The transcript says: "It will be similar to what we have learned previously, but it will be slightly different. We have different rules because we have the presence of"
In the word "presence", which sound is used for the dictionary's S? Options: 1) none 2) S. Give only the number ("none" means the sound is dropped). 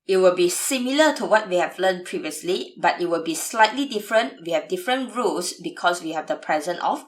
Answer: 1